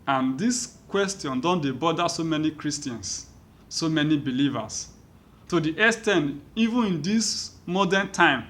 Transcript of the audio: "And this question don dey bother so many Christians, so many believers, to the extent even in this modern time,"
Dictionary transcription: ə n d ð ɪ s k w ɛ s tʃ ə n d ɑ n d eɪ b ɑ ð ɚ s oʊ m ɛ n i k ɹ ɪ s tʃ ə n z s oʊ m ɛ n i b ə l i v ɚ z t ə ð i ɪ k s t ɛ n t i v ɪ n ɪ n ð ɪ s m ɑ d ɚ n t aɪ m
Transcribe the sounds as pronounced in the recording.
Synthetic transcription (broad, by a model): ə n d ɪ s k w ɛ s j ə n d ɑ n d eɪ b ɑ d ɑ s oʊ m ɛ n i k ɹ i s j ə n s oʊ m ɛ n i b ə l i v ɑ s t ə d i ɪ s t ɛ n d i v ɪ n ɪ n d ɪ s m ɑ d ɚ n t aɪ m